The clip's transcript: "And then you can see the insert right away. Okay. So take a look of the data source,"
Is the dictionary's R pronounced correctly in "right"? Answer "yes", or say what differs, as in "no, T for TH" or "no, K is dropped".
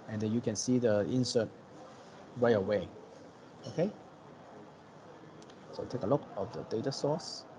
no, W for R